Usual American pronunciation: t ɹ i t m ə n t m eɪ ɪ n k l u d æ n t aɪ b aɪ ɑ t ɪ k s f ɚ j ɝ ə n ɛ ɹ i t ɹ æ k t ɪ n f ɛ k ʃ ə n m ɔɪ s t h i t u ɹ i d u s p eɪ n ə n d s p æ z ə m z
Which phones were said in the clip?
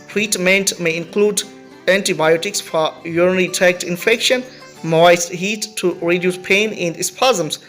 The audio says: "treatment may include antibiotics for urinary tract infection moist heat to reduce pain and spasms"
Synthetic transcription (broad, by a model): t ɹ i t m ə n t m eɪ ɪ n k l u d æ n t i b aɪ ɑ t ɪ k s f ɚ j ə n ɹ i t æ k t ɪ n f ɛ k ʃ ə n m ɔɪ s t h i t u ɹ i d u s p eɪ n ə n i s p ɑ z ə m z